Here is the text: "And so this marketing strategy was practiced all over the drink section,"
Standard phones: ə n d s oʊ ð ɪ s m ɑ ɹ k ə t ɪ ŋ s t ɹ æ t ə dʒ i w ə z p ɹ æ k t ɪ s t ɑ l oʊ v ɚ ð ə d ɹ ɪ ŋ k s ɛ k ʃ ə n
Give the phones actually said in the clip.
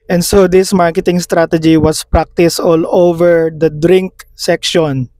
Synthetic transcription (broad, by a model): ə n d s oʊ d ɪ s m ɑ ɹ k ə t ɪ ŋ s t ɹ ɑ t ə dʒ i w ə s p ɹ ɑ k t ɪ s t ɑ l oʊ v ɚ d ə d ɹ ɪ ŋ k s ɛ k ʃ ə n